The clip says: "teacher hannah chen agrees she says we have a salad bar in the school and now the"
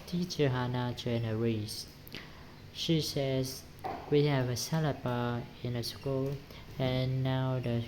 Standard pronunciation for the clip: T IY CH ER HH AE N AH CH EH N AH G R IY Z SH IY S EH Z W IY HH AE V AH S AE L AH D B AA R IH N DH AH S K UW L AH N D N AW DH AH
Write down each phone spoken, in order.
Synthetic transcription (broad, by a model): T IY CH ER HH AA N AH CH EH N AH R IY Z SH IY S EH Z W IY HH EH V AH S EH L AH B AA IH N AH S K UW L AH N N AW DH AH